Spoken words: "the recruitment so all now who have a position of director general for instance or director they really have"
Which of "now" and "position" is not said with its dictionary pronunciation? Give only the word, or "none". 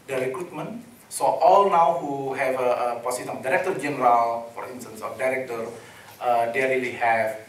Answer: position